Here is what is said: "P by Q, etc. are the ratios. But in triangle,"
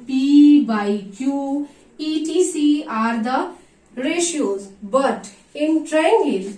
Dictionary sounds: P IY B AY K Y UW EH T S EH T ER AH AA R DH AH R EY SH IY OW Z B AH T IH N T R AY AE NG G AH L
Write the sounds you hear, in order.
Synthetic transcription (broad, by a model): P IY B AY K Y UW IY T IY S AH AA R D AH R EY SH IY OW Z B AH T IH N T R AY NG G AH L